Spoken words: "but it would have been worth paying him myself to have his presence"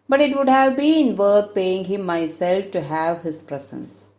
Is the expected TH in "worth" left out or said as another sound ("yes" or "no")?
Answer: yes